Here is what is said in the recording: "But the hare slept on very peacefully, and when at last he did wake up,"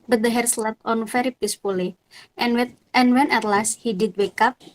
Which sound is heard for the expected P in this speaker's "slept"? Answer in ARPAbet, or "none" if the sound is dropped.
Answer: none